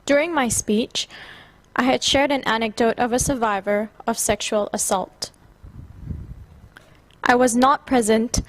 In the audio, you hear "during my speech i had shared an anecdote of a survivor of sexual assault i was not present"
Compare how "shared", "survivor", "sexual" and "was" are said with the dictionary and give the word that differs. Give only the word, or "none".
none